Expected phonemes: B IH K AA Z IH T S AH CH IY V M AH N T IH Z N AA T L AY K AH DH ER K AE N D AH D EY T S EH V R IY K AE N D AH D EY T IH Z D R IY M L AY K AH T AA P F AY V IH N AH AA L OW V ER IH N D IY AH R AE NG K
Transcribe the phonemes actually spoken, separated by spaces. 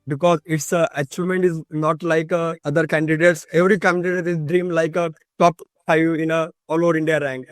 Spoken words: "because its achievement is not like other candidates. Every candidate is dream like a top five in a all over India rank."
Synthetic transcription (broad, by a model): B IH K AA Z IH T S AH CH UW M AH N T IH Z N AA T L AY K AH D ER K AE N D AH D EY T S EH V R IY K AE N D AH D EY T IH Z D R IY M L AY K AH T AA P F AY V IH N AH AA L OW V ER IH N D IY AH R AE NG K